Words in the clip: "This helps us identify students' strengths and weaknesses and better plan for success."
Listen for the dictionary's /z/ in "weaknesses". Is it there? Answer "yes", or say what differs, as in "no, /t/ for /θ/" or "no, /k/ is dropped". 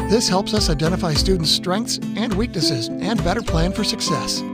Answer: yes